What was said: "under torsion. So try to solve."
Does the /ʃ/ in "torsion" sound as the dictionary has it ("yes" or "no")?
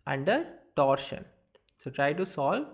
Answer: yes